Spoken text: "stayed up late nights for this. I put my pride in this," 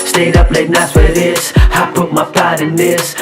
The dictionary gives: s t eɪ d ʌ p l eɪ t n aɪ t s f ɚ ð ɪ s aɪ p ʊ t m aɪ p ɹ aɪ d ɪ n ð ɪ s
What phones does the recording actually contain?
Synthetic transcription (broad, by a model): s t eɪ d ʌ p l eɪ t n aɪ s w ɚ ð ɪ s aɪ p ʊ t m aɪ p aɪ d ɪ n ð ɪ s